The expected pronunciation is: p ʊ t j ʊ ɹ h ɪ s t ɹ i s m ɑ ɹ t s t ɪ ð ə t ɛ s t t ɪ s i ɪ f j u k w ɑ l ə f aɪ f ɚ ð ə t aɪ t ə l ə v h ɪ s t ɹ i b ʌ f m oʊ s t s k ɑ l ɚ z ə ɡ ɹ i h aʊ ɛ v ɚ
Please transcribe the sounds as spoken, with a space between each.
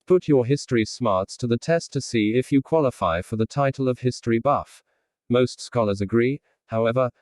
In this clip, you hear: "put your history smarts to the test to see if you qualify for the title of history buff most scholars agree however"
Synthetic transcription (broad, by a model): p ʊ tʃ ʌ ɹ h ɪ s t ɹ i s m ɑ ɹ t s t ɪ ð ə t ɛ s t t ɪ s i ɪ f j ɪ k w ɑ l ə f aɪ f ɚ ð ə t aɪ t l ə v h ɪ s t ɹ i b ʌ f m oʊ s t s k ɑ l ɚ z ə ɡ ɹ i h aʊ ɛ v ɚ